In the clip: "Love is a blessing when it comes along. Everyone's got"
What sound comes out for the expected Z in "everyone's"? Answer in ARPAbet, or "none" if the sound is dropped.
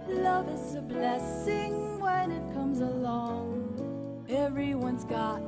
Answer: Z